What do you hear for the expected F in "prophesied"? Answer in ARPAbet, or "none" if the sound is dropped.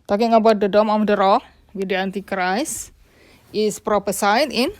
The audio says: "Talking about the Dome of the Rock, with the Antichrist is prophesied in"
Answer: P